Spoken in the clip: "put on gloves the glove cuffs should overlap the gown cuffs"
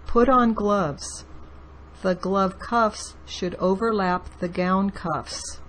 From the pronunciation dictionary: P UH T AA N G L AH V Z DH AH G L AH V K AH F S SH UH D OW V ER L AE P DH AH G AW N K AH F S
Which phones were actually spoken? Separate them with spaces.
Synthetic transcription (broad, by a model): P UH T N G L AH V Z DH AH G L AH V K AH F S SH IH D OW V ER L AE P DH AH G AW N K AH F S